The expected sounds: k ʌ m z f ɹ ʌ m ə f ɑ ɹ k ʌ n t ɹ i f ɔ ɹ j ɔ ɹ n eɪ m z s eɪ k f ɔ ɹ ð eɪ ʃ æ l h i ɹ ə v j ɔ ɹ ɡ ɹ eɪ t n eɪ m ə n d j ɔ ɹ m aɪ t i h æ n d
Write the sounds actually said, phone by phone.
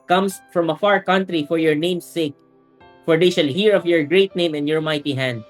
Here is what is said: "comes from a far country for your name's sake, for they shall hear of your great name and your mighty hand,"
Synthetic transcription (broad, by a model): k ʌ m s f ɹ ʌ m ə f ɑ ɹ k ʌ n t ɹ i f ɔ ɹ j ɔ ɹ n eɪ m s eɪ k f ɔ ɹ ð eɪ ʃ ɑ l h i ɹ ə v j ɔ ɹ ɡ ɹ eɪ t n eɪ m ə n j ɔ ɹ m aɪ t i h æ n d